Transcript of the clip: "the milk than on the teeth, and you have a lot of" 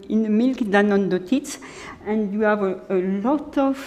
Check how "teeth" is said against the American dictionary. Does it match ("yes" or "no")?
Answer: no